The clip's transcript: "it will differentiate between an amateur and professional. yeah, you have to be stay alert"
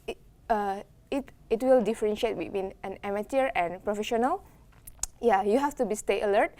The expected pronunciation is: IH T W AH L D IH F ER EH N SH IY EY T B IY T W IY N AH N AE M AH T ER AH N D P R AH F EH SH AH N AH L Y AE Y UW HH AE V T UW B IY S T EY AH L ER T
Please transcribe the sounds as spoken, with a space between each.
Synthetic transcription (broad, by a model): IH T W AH L D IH F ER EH N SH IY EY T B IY T W IY N AH N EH M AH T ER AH N P R AH F EH SH AH N AH L Y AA Y UW HH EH F T UW B IY S T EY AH L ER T